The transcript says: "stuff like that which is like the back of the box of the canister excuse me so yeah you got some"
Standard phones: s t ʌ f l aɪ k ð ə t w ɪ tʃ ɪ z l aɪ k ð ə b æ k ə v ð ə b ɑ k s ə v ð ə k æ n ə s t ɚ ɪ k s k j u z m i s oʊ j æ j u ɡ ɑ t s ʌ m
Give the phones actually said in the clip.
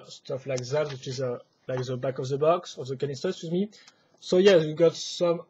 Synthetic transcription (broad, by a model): s t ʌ f l aɪ k ð ə t w ɪ tʃ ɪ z l aɪ k ð ə b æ k ə v ð ə b ɑ k s ə v ð ə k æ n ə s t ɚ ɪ s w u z m i s oʊ j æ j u ɡ ɑ t s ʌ m